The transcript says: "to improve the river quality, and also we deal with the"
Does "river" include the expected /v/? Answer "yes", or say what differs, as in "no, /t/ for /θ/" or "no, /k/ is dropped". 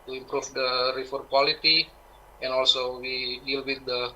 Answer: no, /f/ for /v/